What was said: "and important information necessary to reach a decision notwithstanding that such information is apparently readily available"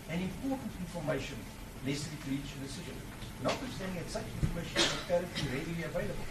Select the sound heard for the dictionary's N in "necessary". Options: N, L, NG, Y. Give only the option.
L